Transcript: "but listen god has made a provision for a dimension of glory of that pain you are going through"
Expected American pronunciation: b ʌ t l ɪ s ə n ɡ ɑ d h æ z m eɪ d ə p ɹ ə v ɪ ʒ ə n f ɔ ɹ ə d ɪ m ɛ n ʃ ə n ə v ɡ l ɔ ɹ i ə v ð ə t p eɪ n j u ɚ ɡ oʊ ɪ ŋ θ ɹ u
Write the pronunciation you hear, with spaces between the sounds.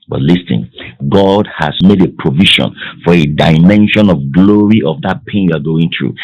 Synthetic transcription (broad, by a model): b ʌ t l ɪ s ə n ɡ ɑ d h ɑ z m eɪ d ə p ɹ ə v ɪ ʃ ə n f ɔ ɹ ə d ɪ m ɛ n ʃ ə n ə v ɡ l ɔ ɹ i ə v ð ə t p eɪ n j u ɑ ɡ oʊ ɪ ŋ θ ɹ u